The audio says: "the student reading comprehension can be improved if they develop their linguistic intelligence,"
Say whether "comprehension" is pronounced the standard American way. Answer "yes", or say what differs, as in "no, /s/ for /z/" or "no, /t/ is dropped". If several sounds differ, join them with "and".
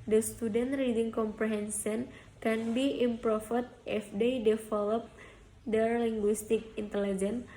no, /s/ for /ʃ/